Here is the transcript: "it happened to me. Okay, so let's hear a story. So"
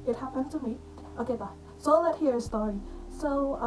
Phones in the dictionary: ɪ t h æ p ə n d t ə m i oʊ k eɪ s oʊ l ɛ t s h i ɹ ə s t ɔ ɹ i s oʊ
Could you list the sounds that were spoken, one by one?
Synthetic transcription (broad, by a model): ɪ t h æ p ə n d t ə m i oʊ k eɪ s oʊ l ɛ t h i ɹ ə s t ɔ ɹ i s oʊ